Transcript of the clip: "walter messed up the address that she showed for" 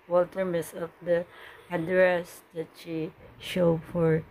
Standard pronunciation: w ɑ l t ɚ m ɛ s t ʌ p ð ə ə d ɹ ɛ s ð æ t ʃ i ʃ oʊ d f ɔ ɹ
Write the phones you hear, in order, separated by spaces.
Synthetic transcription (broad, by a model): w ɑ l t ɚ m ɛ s ʌ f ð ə ə d ɹ ɛ s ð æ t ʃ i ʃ oʊ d f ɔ ɹ